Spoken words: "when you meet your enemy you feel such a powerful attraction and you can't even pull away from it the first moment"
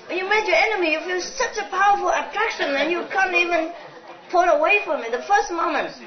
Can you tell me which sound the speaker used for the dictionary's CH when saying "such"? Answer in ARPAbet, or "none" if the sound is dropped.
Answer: CH